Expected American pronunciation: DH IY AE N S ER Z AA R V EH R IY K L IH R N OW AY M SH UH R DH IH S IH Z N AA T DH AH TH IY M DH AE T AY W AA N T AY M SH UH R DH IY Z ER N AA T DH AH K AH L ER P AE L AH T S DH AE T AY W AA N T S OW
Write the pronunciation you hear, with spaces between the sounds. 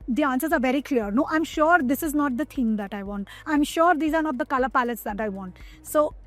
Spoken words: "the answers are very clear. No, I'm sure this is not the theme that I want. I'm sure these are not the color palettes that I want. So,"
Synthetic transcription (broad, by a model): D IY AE N S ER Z AA R V EH R IY K L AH R N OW AY M SH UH R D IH S IH Z N AA T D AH T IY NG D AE T AY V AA N T AY M SH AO R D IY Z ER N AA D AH K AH L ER P AE L AH T S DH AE T AY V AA N T S OW